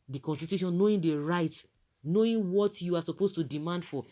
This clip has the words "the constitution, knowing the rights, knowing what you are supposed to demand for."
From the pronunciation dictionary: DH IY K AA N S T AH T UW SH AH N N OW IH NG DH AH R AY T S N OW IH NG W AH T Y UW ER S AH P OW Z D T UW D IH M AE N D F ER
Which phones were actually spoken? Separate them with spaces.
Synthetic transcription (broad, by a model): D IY K AA N S T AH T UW SH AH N N OW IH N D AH R AY T N OW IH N W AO T Y UW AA S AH P OW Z T UW D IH M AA N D F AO